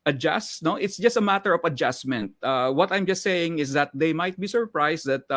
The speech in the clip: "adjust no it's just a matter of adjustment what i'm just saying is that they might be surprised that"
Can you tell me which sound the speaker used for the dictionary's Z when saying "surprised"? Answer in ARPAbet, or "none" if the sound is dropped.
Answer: S